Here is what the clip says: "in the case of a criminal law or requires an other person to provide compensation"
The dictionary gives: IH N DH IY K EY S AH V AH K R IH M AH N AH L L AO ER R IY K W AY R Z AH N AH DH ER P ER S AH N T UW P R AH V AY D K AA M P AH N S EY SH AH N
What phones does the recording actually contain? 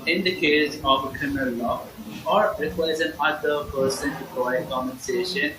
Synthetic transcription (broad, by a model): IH N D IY K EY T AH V AH K R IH M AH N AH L L AO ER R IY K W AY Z AH N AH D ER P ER S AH N T UW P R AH IH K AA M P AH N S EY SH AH N